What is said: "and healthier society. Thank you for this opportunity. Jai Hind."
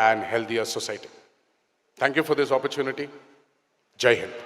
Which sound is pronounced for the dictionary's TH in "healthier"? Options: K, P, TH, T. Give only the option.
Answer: T